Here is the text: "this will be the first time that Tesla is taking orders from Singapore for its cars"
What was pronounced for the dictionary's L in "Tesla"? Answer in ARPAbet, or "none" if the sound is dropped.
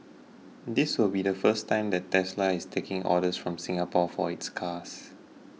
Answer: L